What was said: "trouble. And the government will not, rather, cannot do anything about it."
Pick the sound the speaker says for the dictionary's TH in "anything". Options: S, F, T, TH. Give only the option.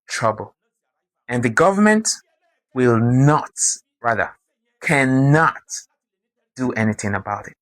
TH